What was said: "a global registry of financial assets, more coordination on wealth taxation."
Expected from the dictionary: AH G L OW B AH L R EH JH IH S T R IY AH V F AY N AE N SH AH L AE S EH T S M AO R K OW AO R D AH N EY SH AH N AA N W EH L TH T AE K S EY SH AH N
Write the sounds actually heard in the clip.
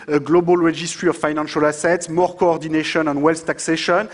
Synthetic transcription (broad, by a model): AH G L OW B AH L R EH JH IH S T R IY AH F AY N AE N SH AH L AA S EH T S M AO R K OW AO R D AH N EY SH AH N AA N W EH L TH T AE K S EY SH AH N